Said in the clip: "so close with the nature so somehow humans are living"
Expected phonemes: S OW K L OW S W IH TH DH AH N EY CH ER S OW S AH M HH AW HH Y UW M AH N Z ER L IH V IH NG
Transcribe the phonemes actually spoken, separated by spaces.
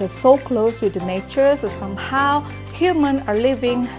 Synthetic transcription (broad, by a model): S OW K L OW S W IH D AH N EY CH ER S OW S AH M HH AW HH Y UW M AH N ER L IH V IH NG